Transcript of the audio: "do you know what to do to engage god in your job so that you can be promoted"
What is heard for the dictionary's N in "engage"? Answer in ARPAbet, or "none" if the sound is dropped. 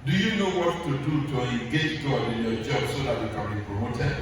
none